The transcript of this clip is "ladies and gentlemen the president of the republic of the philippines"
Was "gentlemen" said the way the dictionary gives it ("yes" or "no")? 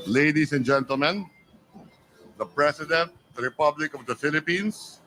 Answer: yes